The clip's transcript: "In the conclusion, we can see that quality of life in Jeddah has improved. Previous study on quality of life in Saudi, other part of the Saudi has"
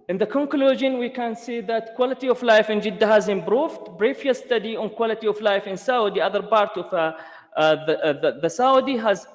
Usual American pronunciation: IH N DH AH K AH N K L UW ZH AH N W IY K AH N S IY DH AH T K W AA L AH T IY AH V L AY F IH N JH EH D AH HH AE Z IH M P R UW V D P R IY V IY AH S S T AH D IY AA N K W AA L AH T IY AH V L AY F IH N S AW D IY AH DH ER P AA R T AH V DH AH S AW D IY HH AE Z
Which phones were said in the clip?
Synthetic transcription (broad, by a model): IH N DH AH K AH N K L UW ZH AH N W IY K AH N S IY DH AH T K W AA L AH T IY AH V L AY F IH N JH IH D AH HH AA Z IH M B R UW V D B R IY F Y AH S S T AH D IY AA N K W AA L AH T IY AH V L AY F IH N S AW D IY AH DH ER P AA R T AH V DH AH S AW D IY HH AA Z